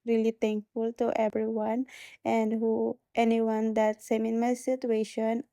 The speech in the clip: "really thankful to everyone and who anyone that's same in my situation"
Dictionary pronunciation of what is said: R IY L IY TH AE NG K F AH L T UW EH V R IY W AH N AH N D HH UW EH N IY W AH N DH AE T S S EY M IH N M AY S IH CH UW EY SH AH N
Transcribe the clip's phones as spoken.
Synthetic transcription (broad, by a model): R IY L IY T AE NG K F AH L T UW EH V R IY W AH N AH N D HH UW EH N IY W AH N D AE T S S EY M IH N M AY S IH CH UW EY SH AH N